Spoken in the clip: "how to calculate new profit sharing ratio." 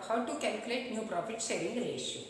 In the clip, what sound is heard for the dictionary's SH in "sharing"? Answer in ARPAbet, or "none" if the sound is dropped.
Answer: S